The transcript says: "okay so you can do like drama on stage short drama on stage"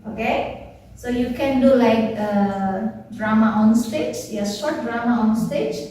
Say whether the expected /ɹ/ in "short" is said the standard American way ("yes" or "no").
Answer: no